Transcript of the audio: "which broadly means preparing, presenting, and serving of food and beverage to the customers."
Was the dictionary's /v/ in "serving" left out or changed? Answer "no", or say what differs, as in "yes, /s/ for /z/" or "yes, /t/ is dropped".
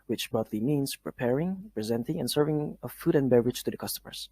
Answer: no